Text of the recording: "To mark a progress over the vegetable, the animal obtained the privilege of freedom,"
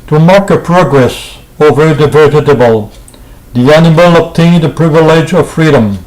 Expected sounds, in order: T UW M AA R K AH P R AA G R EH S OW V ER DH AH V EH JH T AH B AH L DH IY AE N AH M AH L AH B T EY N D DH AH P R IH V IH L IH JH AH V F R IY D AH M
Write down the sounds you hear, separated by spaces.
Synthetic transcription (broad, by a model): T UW M AA R K AH P R AA G R EH S OW V ER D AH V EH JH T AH B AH L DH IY AE N AH M AH L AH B T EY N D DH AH P R IH V IH L IH JH AH V F R IY D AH M